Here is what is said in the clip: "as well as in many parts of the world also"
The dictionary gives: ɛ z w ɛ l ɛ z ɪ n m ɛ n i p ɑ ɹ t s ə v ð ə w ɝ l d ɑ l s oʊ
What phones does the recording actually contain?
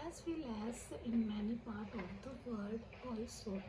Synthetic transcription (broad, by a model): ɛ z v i l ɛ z ɪ n m ɛ n i p ɑ ɹ t ə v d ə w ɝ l d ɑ l s oʊ